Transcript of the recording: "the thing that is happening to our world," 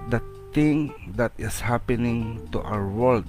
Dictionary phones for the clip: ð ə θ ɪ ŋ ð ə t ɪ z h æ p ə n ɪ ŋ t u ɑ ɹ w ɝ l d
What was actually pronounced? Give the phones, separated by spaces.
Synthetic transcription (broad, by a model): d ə t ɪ ŋ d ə t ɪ s h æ p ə n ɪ ŋ t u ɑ w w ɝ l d